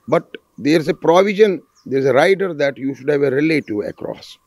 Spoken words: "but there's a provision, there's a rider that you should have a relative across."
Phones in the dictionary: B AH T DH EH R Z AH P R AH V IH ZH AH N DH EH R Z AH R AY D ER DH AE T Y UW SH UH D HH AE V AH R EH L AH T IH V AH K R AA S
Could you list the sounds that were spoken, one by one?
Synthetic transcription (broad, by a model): B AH T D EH R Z AH P R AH V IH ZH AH N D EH R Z AH R AY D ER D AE T Y UW SH UH D HH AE V AH R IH L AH T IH AH K R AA S